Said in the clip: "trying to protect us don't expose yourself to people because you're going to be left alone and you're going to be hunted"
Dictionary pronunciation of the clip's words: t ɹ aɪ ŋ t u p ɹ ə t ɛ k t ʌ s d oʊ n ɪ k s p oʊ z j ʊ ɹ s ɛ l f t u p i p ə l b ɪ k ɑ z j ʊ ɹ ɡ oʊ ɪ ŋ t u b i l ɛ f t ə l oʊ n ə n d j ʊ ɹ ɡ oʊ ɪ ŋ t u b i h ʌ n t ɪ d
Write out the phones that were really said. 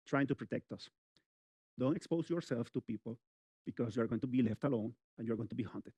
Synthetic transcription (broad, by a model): t ɹ aɪ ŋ t u p ɹ ə t ɛ k t ʌ s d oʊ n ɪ k s p oʊ s j ʊ ɹ s ɛ l f t u p i p ə l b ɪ k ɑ s j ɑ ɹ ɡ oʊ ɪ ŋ t u b i l ɛ f t ə l oʊ n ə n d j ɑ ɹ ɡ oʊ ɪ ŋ t u b i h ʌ n t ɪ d